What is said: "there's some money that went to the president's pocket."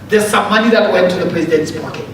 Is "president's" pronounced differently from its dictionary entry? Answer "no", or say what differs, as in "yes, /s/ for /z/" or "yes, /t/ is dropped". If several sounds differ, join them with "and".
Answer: no